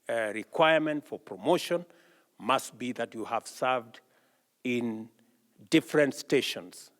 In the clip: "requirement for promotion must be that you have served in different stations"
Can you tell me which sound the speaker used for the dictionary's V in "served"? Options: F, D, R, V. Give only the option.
V